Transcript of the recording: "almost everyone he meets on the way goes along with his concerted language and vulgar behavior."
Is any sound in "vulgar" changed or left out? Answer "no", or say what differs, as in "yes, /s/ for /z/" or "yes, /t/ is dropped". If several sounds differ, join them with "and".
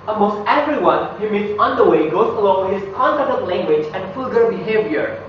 yes, /f/ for /v/